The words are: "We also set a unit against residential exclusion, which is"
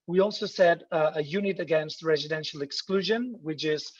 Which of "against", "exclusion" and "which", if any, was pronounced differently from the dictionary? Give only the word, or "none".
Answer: none